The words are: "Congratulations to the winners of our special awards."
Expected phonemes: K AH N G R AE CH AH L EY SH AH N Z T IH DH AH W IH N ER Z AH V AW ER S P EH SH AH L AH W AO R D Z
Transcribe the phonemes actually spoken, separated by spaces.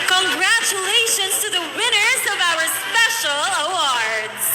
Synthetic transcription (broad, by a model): K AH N G R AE CH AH L EY SH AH N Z T IH DH AH W IH N ER Z AH V AW ER S P EH SH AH L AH W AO R D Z